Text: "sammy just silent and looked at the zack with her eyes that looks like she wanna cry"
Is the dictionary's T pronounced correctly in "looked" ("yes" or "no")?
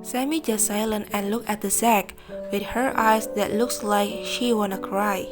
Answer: no